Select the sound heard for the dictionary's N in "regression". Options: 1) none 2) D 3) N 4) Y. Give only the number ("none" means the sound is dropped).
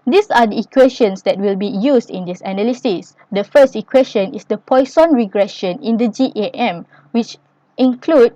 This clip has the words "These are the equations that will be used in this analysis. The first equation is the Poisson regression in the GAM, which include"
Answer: 3